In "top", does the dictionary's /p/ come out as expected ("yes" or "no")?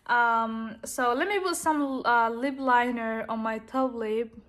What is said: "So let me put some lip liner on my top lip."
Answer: no